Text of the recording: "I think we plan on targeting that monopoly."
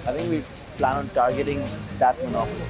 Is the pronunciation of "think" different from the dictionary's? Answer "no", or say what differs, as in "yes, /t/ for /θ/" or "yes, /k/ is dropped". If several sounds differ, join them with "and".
yes, /t/ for /θ/